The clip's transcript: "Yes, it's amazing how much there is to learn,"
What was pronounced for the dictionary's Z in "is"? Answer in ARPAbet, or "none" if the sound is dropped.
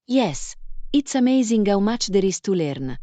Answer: S